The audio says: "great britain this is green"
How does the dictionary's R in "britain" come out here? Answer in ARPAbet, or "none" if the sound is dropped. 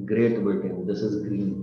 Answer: none